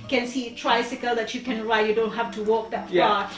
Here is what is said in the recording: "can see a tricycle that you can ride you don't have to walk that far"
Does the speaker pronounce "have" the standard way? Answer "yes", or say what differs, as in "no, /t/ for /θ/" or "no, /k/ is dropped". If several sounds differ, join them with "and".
no, /f/ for /v/